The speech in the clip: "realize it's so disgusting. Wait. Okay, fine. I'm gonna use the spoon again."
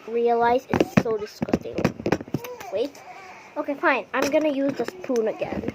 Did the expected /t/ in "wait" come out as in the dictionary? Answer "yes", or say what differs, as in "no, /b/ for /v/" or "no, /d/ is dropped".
yes